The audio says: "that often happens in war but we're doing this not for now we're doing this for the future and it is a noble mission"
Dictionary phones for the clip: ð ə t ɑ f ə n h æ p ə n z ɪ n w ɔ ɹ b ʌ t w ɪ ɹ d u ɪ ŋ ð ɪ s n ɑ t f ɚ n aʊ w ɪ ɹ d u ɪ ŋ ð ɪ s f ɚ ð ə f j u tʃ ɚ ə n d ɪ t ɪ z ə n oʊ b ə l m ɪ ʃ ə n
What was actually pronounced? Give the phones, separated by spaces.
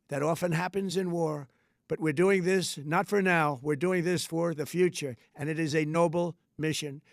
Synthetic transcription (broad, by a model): ð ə t ɑ f ə n h æ p ə n z ɪ n w ɔ ɹ b ʌ t w ɪ ɹ d u ɪ ŋ ð ɪ s n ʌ t f ɚ n aʊ w ɪ ɹ d u ɪ ŋ ð ɪ s f ɚ ð ə f j u tʃ ɚ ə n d ɪ t ɪ z ə n oʊ b l m ɪ ʃ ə n